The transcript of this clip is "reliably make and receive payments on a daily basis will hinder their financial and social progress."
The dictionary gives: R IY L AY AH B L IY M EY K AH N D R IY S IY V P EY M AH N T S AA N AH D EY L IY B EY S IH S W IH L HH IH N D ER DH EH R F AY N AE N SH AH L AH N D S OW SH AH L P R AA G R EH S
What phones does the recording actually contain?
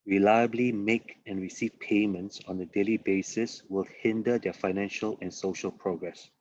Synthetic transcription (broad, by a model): R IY L AY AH B L IY M EY K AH N R IY S IY V P EY M AH N T S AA N AH D EY L IY B EY S IH S W IH L HH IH N D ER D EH F AY N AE N SH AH L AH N S OW SH AH L P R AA G R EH S